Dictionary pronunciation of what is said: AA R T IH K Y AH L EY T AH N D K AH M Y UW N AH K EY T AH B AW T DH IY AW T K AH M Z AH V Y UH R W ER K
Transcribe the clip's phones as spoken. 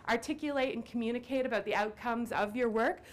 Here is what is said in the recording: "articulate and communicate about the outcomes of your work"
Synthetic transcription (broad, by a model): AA R T IH K Y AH L EY T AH N K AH M Y UW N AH K EY T AH B AW T DH IY AW T K AH M Z AH V Y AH R W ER K